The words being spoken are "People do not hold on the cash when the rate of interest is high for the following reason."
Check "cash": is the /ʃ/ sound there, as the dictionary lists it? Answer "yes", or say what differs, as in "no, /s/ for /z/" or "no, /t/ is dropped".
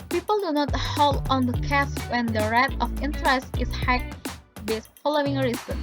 no, /s/ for /ʃ/